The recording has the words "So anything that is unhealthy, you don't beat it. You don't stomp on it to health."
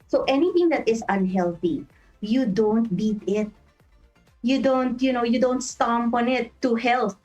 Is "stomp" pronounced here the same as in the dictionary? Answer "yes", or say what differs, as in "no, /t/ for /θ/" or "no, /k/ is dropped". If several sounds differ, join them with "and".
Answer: yes